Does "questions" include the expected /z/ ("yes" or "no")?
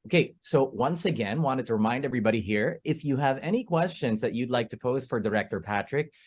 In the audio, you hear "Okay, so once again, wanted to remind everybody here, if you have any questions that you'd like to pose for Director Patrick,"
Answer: yes